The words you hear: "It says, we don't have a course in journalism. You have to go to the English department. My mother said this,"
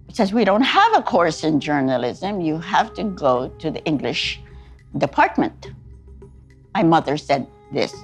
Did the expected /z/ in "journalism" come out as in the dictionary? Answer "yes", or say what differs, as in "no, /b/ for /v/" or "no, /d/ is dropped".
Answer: yes